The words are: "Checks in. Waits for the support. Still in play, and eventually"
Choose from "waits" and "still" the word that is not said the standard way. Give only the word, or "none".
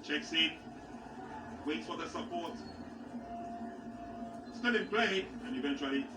still